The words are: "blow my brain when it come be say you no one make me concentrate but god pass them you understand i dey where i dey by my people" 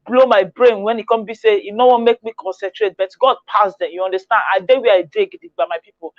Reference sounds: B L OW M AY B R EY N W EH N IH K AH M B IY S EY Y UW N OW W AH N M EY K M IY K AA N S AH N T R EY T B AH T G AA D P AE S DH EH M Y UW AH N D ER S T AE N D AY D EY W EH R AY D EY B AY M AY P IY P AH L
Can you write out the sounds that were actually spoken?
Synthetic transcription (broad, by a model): B L OW M AY B R EY N W EH N IH K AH M B IY S EY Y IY N OW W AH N M EY K M IY K AA N S AH N T R EY T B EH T G AA D P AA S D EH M Y UW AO N D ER S T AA N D AY D EY W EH AY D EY B AY M AY P IY P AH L